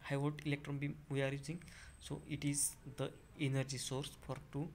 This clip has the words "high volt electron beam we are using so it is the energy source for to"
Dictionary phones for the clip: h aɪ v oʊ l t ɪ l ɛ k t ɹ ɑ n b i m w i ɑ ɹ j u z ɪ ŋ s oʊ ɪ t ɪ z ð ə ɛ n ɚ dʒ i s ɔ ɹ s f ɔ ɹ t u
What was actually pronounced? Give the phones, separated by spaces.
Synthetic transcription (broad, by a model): h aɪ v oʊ t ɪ l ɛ k t ɹ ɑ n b i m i ɑ ɹ j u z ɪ ŋ s oʊ ɪ t ɪ z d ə ɛ n ɚ dʒ i s ɔ ɹ s f ɔ ɹ t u